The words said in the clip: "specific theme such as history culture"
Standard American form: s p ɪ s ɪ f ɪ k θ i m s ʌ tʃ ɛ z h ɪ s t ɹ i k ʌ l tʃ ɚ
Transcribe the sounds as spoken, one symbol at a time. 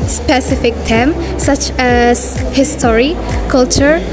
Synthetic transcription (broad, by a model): s p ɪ s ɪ f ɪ k t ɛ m s ʌ tʃ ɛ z h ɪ s t ɹ i k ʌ l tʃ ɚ